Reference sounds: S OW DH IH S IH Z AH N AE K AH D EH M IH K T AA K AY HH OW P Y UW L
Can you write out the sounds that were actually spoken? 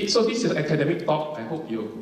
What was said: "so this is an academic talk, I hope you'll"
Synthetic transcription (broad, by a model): S OW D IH S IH S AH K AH D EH M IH K T AA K AY HH OW P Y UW